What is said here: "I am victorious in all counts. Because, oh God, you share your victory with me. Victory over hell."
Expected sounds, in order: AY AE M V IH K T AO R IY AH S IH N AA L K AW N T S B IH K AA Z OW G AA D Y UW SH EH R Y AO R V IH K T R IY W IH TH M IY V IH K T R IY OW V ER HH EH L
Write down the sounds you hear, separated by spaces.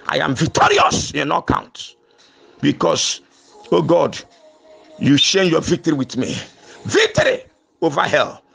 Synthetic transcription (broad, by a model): AY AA M V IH K T AO R IY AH S IH N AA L K AW N T B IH K AA S OW G AA D Y UW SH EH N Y AO V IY K T R IY W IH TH M IY V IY K T R IY OW V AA HH EH L